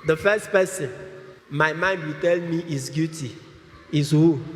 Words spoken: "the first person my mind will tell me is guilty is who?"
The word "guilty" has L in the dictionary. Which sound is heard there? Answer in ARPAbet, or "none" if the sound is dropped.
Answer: none